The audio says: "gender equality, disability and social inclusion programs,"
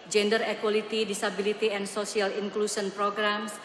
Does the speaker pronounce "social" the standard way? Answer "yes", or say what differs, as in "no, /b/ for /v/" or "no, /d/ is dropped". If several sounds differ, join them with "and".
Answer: no, /s/ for /ʃ/